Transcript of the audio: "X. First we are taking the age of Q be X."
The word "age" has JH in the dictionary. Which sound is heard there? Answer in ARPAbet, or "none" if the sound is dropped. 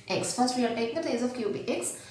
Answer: Z